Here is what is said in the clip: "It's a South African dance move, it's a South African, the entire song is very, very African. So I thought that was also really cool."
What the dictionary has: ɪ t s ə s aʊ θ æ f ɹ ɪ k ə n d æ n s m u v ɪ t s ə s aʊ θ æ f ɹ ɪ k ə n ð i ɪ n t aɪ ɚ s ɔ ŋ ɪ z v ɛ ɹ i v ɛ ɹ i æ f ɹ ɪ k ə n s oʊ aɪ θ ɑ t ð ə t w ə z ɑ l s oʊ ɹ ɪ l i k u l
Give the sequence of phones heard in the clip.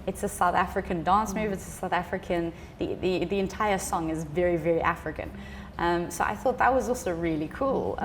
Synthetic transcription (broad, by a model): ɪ t s ə s aʊ θ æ f ɹ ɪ k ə n d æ n s m u v ɪ t s ə s aʊ θ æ f ɹ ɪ k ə n ð i ɪ n t aɪ ɚ s ɔ ŋ ɪ z v ɛ ɹ i v ɛ ɹ i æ f ɹ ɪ k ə n s oʊ aɪ θ ɑ t ð ə t w ə z ɑ l s oʊ ɹ ɪ l i k u l